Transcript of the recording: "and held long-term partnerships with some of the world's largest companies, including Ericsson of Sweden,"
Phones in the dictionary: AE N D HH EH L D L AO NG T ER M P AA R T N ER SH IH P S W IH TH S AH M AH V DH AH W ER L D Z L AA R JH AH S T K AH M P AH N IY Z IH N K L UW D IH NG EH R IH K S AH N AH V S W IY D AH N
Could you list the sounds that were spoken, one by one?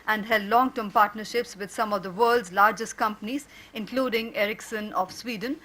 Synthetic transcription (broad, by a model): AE N D HH EH L D L AO NG T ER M P AA R T N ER SH IH P S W IH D S AH M AH V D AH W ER L D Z L AA R JH AH S T K AH M P AH N IY Z IH N K L UW D IH NG EH R IH K S AH N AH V S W IY D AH N